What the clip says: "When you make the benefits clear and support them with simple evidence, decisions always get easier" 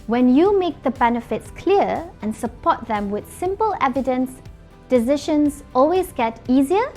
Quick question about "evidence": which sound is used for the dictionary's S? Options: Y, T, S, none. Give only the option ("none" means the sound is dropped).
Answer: S